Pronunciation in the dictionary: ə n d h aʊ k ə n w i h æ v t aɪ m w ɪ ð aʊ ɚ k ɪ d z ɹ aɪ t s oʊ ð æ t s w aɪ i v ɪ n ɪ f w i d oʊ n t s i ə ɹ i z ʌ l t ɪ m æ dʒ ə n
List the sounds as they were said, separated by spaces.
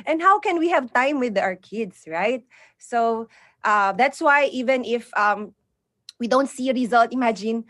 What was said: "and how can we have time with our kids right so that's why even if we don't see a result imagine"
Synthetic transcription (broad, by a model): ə n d h aʊ k ə n w i h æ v t aɪ m w ɪ ð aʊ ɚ k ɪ d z ɹ aɪ t s oʊ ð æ t s w aɪ i v ɪ n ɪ f w i d oʊ n t s i ə ɹ i z ʌ l t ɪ m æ dʒ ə n